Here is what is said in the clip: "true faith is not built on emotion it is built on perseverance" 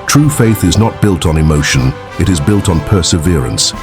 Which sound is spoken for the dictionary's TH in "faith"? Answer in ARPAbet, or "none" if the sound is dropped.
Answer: TH